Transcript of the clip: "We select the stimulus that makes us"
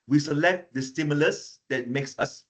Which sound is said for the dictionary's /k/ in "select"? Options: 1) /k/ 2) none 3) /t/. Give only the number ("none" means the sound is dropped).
1